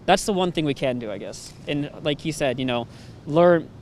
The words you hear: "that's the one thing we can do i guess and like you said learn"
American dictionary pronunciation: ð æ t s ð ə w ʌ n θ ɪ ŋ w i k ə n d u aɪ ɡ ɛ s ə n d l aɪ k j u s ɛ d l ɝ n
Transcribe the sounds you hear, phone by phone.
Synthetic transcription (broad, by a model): ð æ t s ð ə w ʌ n θ ɪ ŋ w i k ə n d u aɪ ɡ ɛ s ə n l aɪ k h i s ɛ d l ɝ n